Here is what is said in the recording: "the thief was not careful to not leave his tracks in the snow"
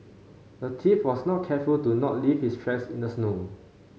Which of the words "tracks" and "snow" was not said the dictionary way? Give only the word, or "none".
tracks